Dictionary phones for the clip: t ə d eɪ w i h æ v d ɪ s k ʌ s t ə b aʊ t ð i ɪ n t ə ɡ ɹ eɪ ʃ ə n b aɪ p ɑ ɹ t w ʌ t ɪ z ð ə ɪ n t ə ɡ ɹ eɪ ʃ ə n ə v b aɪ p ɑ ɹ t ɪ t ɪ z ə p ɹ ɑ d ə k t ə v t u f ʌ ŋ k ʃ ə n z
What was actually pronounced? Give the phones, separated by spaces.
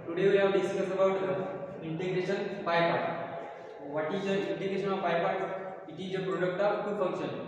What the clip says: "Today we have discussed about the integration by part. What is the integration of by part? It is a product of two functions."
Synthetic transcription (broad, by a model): t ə d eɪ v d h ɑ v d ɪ s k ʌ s ə b aʊ t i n t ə ɡ ɹ eɪ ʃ ə n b aɪ p ɑ ɹ t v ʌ t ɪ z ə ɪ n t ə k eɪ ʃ ə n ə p aɪ p ɑ ɹ t ɪ t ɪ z ə p ɹ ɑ d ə k t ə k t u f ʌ ŋ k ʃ ə n